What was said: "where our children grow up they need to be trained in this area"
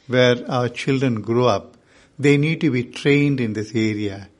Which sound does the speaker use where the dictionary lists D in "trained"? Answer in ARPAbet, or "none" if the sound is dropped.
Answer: D